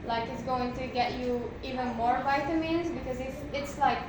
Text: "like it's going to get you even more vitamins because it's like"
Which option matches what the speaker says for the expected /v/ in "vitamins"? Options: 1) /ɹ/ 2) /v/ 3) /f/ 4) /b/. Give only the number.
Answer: 2